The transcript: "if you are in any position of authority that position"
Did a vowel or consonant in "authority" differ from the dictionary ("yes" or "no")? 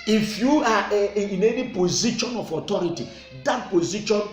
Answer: yes